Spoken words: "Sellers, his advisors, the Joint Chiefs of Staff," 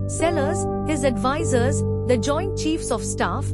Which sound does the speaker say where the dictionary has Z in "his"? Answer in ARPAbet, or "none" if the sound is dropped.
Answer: Z